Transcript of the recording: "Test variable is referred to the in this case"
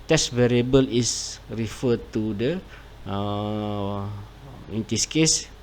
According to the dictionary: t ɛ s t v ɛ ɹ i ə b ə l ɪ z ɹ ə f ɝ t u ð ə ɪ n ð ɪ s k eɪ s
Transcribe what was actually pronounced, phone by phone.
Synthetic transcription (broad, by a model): t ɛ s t v ɛ ɹ i ə b ə l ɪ s ɹ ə f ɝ t u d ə ɪ n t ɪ s k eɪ s